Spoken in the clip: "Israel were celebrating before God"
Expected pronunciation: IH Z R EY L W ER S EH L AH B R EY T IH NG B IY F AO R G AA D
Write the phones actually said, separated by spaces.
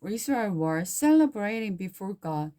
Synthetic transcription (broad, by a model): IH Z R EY W ER S EH L AH B R EY T IH NG B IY F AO R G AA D